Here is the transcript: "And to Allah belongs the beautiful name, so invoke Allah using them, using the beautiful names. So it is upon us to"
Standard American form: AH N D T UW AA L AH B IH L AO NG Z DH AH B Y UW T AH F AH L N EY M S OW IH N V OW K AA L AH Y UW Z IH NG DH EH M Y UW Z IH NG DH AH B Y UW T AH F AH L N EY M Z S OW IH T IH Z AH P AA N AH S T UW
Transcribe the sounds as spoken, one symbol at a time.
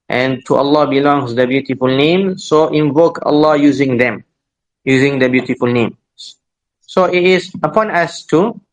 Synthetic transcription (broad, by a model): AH N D T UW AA L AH B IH L AO NG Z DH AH B Y UW T AH F AH L N EY M S OW IH N V OW K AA L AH Y UW Z IH NG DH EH M Y UW Z IH NG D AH B Y UW T AH F AH L N EY M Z S OW IH T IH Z AH P AA N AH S T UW